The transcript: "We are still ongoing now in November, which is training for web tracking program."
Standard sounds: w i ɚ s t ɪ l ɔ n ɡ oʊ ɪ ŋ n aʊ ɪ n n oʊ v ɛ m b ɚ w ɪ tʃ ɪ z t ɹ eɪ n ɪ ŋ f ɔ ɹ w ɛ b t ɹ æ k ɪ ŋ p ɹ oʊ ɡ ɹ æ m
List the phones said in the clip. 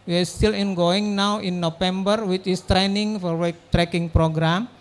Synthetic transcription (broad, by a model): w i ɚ s t ɪ l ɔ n ɡ oʊ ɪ ŋ n aʊ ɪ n n oʊ f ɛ m b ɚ w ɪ tʃ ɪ s t ɹ eɪ n ɪ ŋ f ɔ ɹ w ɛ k t ɹ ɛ k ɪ ŋ p ɹ oʊ ɡ ɹ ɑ m